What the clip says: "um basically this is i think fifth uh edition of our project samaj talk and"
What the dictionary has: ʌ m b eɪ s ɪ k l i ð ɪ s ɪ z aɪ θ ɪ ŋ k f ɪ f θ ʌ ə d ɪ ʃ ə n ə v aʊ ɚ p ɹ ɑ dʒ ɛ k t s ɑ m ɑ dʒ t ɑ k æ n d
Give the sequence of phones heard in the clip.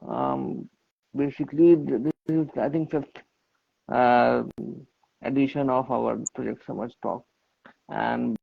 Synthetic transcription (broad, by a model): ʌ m b eɪ s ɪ k l i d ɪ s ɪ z aɪ t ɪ ŋ k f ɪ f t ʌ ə d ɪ ʃ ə n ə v aʊ ɚ p ɹ ɑ dʒ ɛ k t s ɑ m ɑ tʃ t ɑ k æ n d